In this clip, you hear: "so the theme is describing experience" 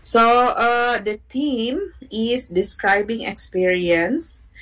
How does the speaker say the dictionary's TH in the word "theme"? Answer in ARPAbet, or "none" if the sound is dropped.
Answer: T